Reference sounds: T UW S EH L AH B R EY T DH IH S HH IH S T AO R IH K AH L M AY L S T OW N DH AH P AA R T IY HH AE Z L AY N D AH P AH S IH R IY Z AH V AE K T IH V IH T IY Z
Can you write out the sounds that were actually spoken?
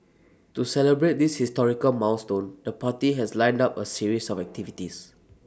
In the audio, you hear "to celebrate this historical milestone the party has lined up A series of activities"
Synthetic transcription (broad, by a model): T UW S EH L AH B R EY T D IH S HH IH S T AO R IH K AH L M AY W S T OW N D AH P AA T IY HH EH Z L AY N D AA P AH S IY R IY S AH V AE K T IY V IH T IY S